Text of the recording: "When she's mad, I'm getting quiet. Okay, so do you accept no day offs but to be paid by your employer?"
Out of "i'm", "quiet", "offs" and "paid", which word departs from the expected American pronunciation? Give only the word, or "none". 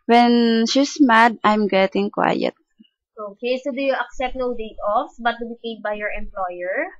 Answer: offs